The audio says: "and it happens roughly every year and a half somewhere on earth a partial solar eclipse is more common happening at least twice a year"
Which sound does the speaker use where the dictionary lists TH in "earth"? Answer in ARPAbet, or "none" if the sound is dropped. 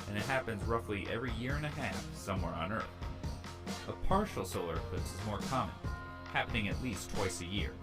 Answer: TH